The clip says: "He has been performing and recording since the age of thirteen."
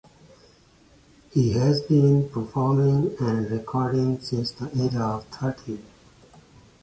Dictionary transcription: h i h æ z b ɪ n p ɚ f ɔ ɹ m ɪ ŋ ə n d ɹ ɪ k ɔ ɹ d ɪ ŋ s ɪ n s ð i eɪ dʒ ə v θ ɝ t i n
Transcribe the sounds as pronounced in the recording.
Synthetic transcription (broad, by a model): h i h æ z b ɪ n p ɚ f ɔ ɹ m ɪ ŋ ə n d ɹ ɪ k ɔ ɹ d ɪ ŋ s ɪ n s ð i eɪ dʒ ə v t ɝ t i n